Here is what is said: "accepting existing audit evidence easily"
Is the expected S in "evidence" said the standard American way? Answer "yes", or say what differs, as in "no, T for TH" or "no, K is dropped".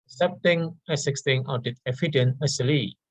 no, S is dropped